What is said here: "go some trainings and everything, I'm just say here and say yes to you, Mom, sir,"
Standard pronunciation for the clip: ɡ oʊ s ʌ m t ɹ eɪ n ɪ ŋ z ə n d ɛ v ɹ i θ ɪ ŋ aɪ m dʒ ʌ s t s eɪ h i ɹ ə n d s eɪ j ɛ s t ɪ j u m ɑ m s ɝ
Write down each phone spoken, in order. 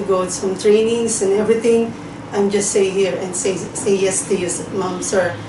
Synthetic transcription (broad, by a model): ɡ oʊ s ʌ m t ɹ eɪ n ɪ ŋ s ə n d ɛ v ɹ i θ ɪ ŋ aɪ m dʒ ʌ s t s eɪ h i ɹ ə n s s eɪ j ɛ s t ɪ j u m ɑ m s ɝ